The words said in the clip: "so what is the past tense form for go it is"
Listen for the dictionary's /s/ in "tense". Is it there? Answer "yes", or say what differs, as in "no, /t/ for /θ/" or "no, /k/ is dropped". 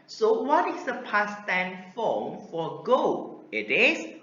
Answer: no, /s/ is dropped